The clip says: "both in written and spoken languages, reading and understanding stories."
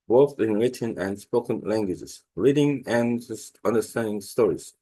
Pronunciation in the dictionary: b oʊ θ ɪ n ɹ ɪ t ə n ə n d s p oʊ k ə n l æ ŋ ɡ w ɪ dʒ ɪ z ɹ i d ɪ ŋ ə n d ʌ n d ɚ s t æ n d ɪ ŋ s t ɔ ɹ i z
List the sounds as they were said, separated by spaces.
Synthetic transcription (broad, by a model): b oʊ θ ɪ n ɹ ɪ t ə n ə n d s p oʊ k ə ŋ l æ ŋ ɡ w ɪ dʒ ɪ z ɹ i d ɪ ŋ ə n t ʌ n d ɚ s t æ n d ɪ ŋ s t ɔ ɹ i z